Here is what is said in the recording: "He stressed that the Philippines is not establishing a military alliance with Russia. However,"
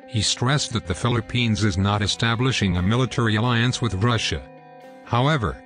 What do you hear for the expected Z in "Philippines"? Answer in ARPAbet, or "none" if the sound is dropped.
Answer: Z